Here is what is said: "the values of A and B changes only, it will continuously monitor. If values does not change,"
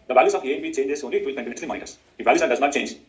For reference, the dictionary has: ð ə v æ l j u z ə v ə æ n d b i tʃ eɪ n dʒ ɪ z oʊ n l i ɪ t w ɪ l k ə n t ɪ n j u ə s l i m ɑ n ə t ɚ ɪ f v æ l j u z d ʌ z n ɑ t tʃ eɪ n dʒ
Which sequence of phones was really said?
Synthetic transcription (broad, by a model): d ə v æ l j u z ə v ə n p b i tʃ eɪ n dʒ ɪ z oʊ n l i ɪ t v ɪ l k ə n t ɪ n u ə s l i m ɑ ə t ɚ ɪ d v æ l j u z d ʌ z n ɑ t tʃ eɪ n dʒ